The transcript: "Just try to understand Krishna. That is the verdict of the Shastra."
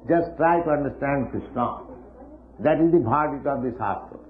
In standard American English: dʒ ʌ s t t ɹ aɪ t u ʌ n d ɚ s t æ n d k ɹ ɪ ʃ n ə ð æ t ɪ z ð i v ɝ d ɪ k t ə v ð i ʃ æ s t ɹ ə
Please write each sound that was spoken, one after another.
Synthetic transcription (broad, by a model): dʒ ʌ s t t ɹ aɪ t u ʌ n d ɚ s t æ n d k ɹ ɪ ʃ n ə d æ t ɪ z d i b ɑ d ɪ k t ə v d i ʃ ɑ s t ɹ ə